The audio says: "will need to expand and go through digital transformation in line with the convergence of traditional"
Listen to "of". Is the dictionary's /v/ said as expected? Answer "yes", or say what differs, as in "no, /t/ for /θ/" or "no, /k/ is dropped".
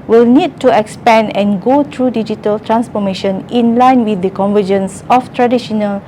no, /f/ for /v/